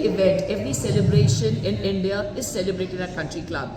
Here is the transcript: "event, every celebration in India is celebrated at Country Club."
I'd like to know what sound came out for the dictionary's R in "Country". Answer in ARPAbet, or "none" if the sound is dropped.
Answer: R